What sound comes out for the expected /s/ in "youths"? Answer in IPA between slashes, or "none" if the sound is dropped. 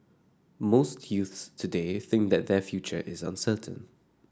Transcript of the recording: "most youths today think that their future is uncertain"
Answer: /s/